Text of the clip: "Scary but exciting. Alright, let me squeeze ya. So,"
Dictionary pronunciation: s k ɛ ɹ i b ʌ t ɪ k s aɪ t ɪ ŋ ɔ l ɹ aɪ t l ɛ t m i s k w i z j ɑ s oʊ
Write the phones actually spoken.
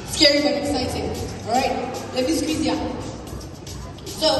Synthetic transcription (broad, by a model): s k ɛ ɹ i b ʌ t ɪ k s aɪ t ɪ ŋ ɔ ɹ aɪ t l ɛ t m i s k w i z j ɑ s oʊ